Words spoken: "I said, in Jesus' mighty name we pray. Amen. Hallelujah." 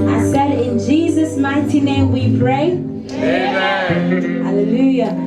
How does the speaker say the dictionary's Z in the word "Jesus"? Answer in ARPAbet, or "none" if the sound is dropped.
Z